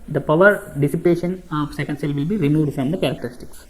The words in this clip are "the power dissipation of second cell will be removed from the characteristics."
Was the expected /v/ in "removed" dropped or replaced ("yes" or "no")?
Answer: yes